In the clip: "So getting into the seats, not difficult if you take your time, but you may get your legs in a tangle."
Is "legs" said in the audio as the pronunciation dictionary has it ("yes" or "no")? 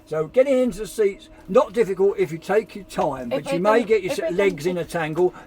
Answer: yes